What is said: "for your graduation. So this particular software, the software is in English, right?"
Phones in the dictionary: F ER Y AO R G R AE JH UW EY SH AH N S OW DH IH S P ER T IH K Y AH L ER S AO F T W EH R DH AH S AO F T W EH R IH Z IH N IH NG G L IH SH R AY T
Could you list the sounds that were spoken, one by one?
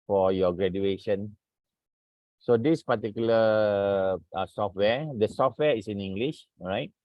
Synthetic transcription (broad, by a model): F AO Y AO G R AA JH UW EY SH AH N S OW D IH S P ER T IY K Y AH L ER S AO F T W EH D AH S AO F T W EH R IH S IH N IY NG G L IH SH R AY T